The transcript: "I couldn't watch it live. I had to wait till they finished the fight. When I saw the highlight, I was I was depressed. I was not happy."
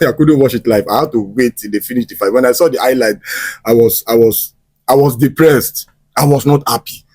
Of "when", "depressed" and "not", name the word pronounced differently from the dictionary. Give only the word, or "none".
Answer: none